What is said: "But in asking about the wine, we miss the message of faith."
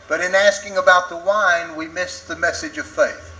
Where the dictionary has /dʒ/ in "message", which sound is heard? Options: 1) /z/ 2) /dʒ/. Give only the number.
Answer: 2